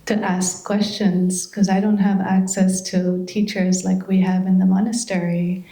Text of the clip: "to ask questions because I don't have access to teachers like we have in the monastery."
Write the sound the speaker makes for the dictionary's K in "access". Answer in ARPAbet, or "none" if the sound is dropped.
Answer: K